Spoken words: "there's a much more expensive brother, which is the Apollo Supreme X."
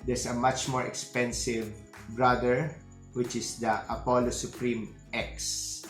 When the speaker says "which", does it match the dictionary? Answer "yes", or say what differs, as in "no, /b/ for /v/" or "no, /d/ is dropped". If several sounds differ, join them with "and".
yes